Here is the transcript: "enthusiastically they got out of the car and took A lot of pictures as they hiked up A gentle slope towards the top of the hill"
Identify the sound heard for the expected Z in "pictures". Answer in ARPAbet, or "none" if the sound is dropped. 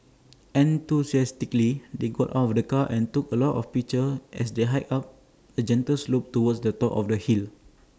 none